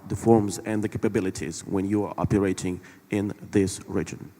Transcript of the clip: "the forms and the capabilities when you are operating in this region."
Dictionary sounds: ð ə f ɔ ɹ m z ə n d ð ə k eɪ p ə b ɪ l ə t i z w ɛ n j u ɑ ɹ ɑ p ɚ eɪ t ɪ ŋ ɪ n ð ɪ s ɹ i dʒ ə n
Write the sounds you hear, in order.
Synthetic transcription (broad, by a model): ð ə f ɔ ɹ m z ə n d ð ə k eɪ p ə b ɪ l ə t i z w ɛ n j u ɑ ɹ ɑ p ɚ eɪ t ɪ ŋ ɪ n ð ɪ s ɹ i dʒ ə n